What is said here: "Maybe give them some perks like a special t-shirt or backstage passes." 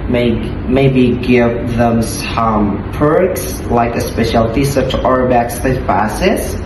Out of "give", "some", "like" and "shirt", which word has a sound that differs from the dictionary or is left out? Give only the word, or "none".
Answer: shirt